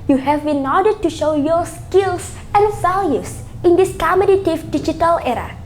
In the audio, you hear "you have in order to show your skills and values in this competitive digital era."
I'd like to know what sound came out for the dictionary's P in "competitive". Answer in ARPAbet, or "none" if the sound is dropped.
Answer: none